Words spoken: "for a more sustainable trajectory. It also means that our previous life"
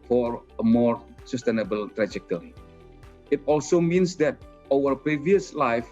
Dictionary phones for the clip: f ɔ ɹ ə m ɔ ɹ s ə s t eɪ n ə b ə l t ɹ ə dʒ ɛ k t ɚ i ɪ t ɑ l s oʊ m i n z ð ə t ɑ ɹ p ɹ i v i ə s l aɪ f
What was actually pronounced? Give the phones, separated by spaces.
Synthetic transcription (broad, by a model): f ɔ ɹ ə m ɔ ɹ s ə s t eɪ n ə b ə l t ɹ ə dʒ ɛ k t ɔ i ɪ t ɑ l s oʊ m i n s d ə t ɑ w p ɹ i v i ə s l aɪ f